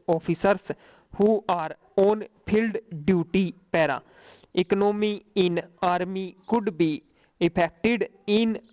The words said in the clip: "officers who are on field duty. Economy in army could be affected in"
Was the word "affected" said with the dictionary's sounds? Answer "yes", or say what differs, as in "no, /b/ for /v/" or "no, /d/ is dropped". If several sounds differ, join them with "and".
no, /p/ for /f/